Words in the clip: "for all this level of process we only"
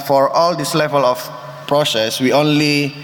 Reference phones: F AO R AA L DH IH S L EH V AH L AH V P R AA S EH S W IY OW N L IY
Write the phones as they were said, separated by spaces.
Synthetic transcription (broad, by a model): F AO R AA L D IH S L EH V AH L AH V P R AA S EH S W IY OW N L IY